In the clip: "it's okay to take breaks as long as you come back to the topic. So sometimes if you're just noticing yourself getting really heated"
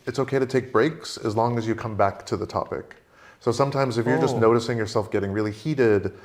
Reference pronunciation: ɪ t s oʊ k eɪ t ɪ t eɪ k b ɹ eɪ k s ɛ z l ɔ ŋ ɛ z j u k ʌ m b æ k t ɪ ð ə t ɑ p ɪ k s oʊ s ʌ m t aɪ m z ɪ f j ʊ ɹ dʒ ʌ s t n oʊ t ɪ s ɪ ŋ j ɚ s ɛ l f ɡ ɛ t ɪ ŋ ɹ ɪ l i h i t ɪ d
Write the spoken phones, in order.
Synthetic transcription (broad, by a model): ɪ t s oʊ k eɪ t ɪ t eɪ k b ɹ eɪ k s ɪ z l ɔ ŋ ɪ z j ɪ k ʌ m b æ k t ɪ ð ə t ɑ p ɪ k s oʊ s ʌ m t aɪ m z ɪ f j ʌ ɹ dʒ ʌ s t n oʊ t ɪ s ɪ ŋ j ɚ s ɛ l f ɡ ɛ t ɪ ŋ ɹ ɪ l i h i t ɪ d